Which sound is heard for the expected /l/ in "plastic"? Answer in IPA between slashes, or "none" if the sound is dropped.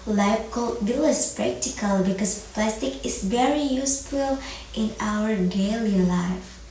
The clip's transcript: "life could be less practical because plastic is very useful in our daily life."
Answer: /l/